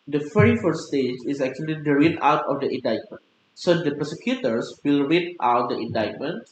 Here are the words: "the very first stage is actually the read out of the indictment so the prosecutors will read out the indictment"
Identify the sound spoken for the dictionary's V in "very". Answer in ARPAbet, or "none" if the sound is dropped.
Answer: F